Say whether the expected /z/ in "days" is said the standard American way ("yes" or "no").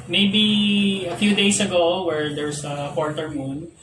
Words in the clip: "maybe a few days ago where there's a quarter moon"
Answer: no